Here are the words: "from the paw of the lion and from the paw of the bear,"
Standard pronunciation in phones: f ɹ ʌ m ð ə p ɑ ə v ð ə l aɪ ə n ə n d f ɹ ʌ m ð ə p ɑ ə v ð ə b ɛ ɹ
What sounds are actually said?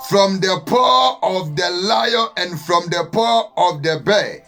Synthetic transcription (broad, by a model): f ɹ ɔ m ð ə p ɑ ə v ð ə l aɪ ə ə n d f ɹ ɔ m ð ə p ɑ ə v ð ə b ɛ